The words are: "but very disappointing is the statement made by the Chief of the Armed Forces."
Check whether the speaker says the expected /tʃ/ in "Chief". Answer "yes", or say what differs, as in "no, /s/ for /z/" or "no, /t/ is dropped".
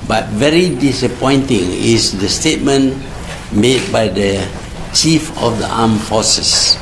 yes